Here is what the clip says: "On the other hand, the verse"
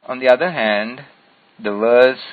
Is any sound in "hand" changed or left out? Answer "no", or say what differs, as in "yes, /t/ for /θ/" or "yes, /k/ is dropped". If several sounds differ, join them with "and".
no